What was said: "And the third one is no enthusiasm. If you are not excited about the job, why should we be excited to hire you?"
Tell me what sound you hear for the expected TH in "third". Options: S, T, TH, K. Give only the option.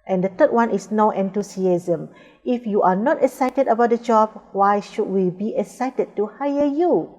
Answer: T